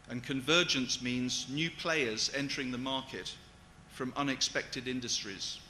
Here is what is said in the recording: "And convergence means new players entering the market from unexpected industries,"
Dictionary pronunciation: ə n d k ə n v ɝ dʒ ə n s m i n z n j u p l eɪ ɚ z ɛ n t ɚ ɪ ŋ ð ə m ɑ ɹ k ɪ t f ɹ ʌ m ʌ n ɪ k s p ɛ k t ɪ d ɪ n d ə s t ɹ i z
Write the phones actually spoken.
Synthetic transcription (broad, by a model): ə n k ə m v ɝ dʒ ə n s m i n z n j u p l eɪ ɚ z ɛ n t ɚ ɪ ŋ ð ə m ɑ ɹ k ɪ t f ɹ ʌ m ʌ n ɪ k s p ɛ k t ɪ d ɪ n d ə s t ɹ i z